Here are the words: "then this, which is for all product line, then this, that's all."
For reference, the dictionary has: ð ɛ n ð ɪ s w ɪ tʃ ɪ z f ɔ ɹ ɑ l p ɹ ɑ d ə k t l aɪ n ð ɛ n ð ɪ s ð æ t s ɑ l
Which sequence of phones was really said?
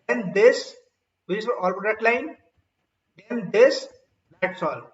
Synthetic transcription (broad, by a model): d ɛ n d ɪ s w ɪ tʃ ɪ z f ɔ ɹ ɑ l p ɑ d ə t l aɪ n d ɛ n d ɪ s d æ t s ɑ l